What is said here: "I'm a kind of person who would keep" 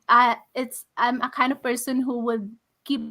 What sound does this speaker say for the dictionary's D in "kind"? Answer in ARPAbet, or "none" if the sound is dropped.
D